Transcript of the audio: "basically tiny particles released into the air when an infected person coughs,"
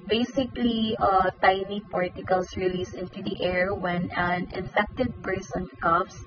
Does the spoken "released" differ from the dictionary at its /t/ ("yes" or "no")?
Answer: yes